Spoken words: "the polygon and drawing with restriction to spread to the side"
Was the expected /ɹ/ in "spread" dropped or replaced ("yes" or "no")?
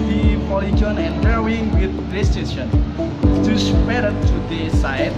yes